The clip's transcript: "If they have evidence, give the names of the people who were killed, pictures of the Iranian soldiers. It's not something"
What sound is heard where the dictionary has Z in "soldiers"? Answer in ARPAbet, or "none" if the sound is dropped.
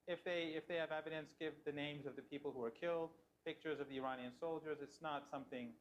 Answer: Z